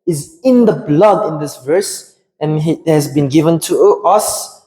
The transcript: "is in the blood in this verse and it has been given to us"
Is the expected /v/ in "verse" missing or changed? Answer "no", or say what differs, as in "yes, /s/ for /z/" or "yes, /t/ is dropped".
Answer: no